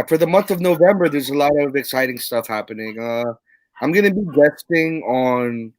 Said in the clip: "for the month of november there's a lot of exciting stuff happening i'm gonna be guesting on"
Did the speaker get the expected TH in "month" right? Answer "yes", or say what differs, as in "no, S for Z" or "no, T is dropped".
yes